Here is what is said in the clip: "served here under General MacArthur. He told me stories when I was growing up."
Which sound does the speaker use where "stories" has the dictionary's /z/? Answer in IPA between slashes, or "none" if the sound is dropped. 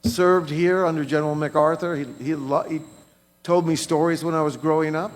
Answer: /z/